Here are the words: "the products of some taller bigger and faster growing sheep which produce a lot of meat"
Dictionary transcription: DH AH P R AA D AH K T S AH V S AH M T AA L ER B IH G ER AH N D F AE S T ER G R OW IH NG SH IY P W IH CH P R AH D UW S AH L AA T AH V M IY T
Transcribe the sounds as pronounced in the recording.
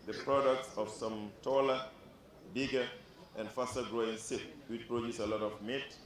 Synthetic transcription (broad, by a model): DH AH P R AA D AH K T S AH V S AH M T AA L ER B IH G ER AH N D F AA S T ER G R OW IH NG S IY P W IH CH P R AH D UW S AH L AA T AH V M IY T